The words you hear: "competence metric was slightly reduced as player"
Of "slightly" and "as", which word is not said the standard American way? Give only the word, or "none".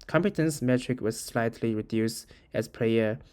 as